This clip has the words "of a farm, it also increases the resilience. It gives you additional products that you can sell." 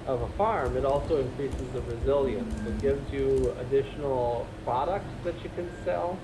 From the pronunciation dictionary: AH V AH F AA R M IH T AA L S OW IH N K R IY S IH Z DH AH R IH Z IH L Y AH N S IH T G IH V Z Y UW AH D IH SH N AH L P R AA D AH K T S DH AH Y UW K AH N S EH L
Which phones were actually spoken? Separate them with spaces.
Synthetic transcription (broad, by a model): AH V AH F AA R M IH T AA L S OW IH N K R IY S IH Z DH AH R IH Z IH L Y AH N S IH T G IH V Z Y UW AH D IH SH N L P R AA D AH K T S DH AH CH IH K AH N S EH L